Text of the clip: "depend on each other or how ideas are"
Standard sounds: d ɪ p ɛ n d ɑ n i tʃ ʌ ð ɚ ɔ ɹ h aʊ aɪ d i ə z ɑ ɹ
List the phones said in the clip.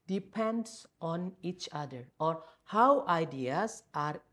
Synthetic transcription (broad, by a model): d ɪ p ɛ n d ɑ n i tʃ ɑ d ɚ ɔ ɹ h aʊ aɪ d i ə s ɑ ɹ